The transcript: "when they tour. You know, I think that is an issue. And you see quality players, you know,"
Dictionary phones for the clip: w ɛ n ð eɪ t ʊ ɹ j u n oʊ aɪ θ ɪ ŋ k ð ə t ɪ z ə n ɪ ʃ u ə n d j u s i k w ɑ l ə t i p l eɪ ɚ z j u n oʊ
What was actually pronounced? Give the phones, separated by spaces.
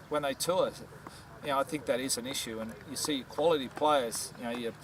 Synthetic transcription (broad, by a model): w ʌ n ð eɪ t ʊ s j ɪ n oʊ aɪ θ ɪ ŋ k ð ə t ɪ z ə n ɪ ʃ u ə n j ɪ s i k w ɑ l ə t i p l eɪ ɚ z j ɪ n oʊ